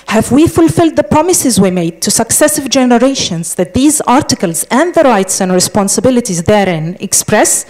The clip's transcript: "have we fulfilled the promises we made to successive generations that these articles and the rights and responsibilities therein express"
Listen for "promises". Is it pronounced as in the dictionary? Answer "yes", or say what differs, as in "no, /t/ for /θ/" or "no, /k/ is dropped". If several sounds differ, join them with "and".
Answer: yes